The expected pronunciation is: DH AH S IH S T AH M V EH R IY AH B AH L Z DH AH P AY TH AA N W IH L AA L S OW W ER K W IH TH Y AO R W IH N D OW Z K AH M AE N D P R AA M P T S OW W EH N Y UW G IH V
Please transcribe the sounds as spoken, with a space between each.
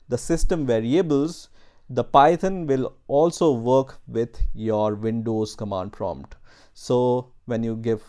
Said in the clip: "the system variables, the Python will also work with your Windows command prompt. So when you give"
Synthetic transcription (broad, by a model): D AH S IH S T AH M V EH R IY AH B AH L Z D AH P AY T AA N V IH L AA L S OW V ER K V IH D Y AO R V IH N D OW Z K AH M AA N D P R AA M P T S OW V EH N Y UW G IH V